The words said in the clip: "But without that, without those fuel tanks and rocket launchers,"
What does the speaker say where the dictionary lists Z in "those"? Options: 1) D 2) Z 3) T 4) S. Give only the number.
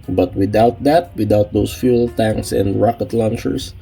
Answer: 4